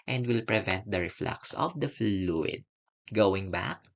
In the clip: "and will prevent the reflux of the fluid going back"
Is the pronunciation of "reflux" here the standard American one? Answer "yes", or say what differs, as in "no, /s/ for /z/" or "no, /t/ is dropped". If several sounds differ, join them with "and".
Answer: yes